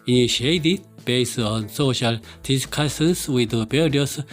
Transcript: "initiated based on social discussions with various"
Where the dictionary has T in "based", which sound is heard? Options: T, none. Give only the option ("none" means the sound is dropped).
none